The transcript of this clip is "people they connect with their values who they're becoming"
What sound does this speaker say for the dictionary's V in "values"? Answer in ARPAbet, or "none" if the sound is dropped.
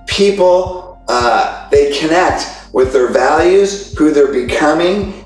V